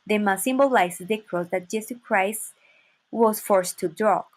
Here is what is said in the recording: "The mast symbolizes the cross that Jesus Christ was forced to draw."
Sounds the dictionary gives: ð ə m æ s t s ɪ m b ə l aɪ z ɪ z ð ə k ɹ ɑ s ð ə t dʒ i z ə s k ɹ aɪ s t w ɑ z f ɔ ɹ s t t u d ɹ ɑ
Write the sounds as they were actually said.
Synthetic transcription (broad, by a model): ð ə m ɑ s s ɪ m b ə l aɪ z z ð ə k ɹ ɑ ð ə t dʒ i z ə k ɹ aɪ s t w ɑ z f ɔ ɹ s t t u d ɹ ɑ